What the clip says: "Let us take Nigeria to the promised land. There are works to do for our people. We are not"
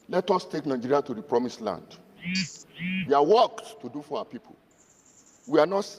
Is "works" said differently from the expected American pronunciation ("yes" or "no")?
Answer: yes